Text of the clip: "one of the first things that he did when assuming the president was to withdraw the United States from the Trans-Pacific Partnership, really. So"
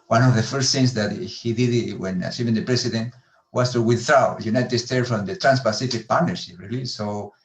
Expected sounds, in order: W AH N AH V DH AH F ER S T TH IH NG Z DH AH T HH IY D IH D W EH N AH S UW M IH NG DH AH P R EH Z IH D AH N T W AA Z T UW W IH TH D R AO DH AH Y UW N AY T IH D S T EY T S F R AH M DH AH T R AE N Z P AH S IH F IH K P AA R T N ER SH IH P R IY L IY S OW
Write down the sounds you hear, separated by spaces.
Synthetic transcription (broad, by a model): W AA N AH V DH AH F ER S T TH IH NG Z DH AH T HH IY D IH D W EH N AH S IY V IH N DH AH P R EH S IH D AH N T W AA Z T UW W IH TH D R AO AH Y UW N AY T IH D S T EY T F R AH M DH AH T R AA N S P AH S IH F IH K P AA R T N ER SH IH P R IY L IY S OW